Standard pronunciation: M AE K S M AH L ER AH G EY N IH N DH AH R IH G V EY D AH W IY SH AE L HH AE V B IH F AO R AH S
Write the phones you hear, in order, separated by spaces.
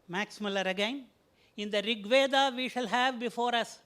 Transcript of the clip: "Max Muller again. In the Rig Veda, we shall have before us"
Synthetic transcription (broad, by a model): M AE K S M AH L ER AH G EY N IH N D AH R IH G V EY D AH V IY SH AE L HH AE V B IH F AO R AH S